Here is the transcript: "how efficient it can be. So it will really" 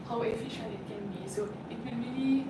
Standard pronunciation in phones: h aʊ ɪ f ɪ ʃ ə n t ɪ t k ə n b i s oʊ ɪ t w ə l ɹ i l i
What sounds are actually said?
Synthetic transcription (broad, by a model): h aʊ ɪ f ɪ ʃ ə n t ɪ t k ə n b i s oʊ ɪ t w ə n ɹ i l i